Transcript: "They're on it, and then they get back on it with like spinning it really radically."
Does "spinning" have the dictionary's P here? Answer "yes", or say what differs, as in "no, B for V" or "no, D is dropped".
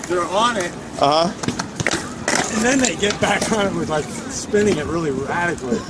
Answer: yes